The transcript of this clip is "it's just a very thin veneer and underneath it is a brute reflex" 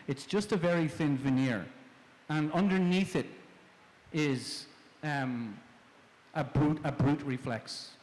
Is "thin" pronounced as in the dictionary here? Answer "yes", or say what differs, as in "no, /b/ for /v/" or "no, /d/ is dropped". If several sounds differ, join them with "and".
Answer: yes